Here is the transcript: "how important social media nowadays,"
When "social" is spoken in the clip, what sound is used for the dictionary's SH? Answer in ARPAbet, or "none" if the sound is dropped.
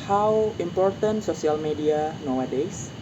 S